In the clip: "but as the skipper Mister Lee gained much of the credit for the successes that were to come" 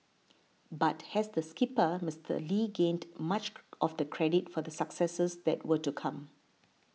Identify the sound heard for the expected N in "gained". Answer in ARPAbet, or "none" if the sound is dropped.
N